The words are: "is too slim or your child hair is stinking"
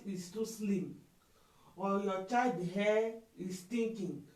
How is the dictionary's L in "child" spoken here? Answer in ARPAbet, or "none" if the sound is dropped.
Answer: none